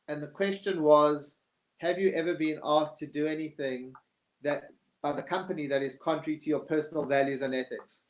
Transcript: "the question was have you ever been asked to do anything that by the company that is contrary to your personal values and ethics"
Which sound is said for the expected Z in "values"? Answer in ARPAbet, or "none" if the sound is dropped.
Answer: Z